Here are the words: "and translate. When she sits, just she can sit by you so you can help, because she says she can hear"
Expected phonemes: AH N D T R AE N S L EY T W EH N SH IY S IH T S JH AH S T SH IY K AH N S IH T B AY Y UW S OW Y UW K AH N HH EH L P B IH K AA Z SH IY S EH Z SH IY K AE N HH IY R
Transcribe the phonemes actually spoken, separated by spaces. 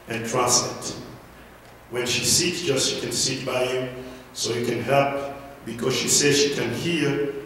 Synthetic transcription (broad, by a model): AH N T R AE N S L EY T W EH N SH IY S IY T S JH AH S T SH IY K AH N S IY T B AY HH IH S OW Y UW K AH N HH EH L P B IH K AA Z SH IY S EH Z SH IY K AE N HH IY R